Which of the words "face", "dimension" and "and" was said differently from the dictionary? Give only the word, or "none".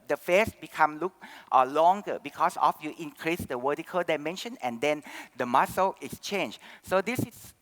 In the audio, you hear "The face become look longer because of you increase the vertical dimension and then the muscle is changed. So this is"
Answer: none